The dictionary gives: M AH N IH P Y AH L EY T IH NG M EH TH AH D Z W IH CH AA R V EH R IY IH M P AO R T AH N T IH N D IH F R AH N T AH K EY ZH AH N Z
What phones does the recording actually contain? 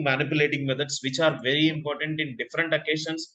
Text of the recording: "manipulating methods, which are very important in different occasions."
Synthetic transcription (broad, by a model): M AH N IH P Y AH L EY T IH NG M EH T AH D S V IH CH AA R V EH R IY IH M P AO R T AH N T IH N D IH F R AH N T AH K EY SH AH N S